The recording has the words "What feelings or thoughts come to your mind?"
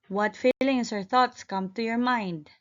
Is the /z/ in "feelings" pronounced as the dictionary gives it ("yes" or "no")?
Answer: no